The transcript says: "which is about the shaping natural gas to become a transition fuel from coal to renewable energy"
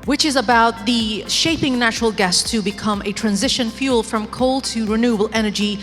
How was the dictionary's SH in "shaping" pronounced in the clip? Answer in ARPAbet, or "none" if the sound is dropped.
SH